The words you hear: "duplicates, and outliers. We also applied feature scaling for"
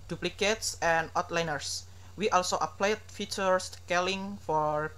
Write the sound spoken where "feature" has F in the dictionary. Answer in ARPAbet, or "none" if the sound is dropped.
F